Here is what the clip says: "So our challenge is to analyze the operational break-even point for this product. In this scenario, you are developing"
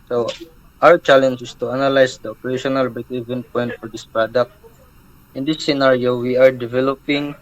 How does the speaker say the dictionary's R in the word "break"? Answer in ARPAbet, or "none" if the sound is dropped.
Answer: none